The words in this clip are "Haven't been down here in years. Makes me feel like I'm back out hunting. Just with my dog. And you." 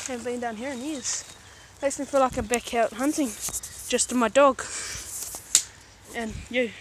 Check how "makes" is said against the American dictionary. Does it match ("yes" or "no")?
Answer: no